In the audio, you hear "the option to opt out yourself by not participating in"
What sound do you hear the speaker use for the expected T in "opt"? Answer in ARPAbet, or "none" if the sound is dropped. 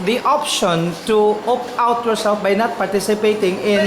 none